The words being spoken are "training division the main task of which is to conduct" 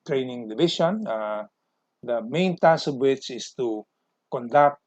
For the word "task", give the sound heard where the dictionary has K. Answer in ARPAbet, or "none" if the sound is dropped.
none